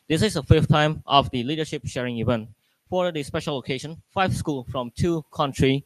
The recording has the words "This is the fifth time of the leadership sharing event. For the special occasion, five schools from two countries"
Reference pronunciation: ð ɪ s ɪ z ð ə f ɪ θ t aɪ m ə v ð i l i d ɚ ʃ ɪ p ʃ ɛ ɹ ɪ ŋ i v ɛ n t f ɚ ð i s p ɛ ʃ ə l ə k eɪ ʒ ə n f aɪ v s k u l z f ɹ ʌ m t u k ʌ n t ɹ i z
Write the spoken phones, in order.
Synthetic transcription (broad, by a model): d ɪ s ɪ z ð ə f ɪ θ t aɪ m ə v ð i l i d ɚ ʃ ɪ p ʃ ɛ ɹ ɪ ŋ i v ɛ n t f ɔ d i s p ɛ ʃ ə l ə k eɪ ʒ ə n f aɪ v s k u l f ɹ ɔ m t u k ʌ n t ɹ i